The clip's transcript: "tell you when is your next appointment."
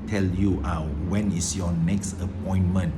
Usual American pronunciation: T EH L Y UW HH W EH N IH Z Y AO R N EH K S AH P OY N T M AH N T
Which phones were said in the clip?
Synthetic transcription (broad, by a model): T EH L Y UW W W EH N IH S Y AO N EH K S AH P OY N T M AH N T